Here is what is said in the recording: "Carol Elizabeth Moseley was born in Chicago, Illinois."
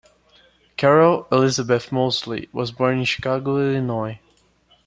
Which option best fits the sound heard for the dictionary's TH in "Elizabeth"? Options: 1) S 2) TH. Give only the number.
2